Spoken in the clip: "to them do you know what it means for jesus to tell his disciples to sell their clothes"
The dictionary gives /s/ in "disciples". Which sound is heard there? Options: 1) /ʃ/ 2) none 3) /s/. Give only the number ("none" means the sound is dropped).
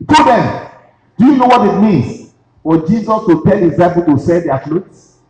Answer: 2